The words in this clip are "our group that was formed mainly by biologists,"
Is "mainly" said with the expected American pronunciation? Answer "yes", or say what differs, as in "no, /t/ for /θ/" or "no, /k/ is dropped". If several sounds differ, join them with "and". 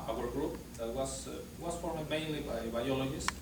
yes